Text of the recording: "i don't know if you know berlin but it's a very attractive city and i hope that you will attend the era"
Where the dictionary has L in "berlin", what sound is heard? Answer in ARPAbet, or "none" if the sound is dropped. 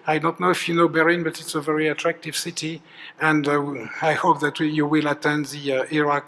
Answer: none